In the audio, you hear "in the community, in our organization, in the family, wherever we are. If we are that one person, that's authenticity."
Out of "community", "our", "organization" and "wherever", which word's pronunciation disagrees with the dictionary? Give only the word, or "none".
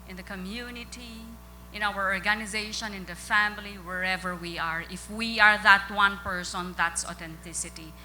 none